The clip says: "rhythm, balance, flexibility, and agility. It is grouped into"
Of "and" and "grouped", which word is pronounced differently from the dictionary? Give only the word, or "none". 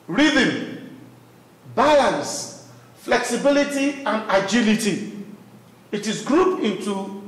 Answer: grouped